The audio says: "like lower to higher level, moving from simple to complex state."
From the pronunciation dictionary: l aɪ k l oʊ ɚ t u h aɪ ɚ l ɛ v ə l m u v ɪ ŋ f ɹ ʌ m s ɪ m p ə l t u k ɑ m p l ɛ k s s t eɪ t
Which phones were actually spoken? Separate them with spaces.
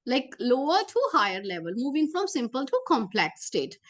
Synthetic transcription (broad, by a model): l aɪ k l oʊ ɚ t u h aɪ ɚ l ɛ v ə l m u v ɪ ŋ f ɹ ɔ m s ɪ m p ə l t u k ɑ m p l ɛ k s s t eɪ t